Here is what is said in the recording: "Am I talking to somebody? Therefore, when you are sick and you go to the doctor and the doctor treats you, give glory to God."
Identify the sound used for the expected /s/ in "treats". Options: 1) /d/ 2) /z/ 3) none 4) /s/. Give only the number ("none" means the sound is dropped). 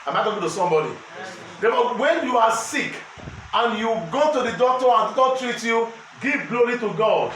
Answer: 3